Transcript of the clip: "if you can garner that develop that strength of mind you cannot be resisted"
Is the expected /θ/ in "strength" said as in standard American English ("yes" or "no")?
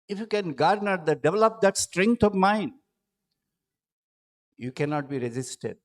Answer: no